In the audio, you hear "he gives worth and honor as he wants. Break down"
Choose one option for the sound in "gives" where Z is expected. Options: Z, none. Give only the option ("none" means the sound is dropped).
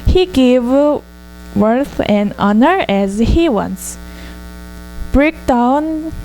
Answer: none